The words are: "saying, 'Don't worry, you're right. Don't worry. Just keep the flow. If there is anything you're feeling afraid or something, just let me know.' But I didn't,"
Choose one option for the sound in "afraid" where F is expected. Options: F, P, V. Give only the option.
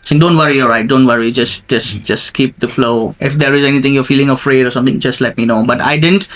F